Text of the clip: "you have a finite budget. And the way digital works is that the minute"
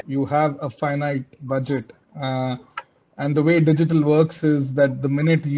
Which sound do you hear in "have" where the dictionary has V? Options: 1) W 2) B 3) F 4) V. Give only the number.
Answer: 4